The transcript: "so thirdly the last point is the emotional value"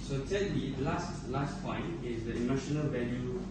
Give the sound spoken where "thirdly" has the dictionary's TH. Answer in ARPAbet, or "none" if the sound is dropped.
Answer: S